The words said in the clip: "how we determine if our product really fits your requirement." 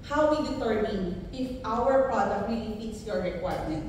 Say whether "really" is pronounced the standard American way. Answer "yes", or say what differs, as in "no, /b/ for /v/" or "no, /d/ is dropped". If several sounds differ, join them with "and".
no, /w/ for /ɹ/